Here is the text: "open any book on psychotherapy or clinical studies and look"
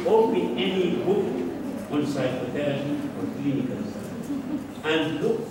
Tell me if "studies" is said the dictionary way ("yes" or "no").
no